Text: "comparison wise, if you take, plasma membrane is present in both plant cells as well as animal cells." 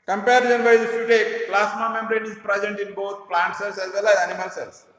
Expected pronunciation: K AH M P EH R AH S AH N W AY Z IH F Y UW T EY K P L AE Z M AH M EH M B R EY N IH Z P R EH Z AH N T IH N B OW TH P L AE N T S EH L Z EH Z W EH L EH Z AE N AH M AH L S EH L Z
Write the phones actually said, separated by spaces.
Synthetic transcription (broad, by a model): K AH M P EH R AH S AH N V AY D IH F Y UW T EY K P L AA S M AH M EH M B R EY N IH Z P R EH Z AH N T IH N B OW T P L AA N T S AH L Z EH Z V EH L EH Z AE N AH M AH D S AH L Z